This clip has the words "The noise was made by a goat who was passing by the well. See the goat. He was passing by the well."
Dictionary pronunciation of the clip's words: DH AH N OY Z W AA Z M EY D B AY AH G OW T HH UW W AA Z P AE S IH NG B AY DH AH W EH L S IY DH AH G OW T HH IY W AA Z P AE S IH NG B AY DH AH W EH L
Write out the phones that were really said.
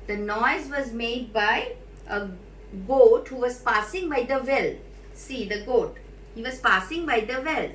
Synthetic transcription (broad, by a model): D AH N OY Z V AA Z M EY D B AY AH G OW T HH UW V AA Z P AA S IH NG B AY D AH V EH L S IY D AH G OW T HH IY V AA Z P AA S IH NG B AY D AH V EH L